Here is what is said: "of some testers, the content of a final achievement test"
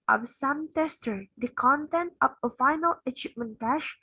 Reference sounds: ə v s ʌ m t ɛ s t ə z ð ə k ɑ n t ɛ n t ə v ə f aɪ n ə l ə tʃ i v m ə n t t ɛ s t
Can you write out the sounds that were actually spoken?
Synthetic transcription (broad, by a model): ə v s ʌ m t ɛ s t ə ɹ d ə k ɑ n t ɛ n t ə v ə f aɪ n ə l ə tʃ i p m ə n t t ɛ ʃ